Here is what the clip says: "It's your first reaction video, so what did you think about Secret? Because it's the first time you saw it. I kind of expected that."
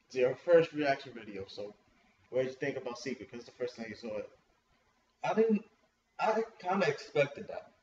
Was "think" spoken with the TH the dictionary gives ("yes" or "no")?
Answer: yes